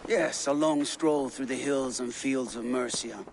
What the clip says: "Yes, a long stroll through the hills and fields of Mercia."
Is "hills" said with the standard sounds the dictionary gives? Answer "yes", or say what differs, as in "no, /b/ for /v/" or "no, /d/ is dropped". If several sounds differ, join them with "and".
yes